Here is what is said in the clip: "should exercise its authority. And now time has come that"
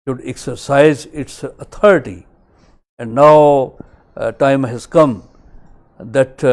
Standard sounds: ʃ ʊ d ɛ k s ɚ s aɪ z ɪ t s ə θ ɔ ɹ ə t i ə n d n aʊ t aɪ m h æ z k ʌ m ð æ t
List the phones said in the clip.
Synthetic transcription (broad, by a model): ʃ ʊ d ɛ k s ɚ s aɪ z ɪ t s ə t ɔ ɹ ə t i ə n d n aʊ t aɪ m h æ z k ʌ m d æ t